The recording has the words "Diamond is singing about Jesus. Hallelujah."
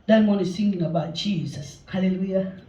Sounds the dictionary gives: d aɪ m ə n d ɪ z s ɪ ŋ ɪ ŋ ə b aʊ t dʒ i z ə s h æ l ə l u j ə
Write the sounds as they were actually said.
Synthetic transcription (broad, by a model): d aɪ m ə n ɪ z θ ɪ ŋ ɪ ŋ ə b aʊ t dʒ i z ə s h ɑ l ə l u j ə